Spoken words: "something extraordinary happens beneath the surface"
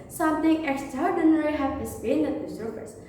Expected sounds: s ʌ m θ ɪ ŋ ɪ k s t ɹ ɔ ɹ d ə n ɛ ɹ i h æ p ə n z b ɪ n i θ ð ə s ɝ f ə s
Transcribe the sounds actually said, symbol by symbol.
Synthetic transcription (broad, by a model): s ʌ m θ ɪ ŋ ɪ k s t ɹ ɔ ɹ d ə n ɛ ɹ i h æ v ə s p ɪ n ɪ t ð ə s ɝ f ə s